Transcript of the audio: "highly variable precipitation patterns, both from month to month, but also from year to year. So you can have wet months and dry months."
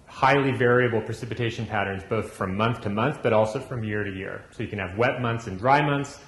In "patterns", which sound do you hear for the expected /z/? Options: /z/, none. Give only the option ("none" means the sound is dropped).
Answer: /z/